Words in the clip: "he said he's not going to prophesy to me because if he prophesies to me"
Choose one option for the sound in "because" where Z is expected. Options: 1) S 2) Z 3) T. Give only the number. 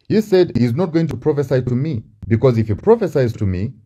2